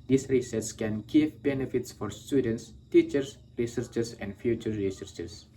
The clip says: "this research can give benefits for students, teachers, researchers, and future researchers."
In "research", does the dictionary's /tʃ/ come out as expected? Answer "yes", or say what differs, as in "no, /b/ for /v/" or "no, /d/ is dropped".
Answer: no, /s/ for /tʃ/